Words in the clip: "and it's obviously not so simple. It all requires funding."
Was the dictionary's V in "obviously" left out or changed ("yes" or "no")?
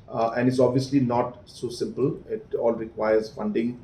no